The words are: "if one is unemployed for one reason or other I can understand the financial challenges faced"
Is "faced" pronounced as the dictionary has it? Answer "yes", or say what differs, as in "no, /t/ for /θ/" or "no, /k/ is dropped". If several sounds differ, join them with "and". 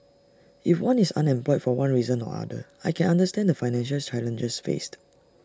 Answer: yes